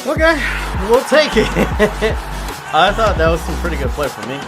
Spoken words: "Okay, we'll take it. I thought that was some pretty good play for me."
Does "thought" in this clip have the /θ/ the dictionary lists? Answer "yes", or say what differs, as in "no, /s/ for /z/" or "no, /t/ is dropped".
yes